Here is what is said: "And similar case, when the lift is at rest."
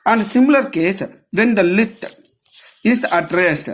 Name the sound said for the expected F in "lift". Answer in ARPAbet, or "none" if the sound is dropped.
none